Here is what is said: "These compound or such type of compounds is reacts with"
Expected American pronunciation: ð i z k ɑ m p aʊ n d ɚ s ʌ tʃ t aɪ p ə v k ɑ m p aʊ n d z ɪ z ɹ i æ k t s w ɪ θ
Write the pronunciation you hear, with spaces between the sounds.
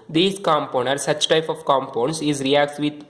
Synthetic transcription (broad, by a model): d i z k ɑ m p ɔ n ɚ s ʌ tʃ t aɪ p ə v k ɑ m p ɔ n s ɪ z ɹ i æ k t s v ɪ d